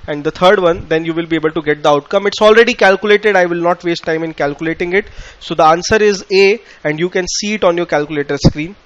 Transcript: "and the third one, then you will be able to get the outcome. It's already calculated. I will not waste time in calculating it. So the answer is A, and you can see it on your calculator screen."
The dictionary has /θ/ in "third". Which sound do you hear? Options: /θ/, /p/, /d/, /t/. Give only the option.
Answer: /t/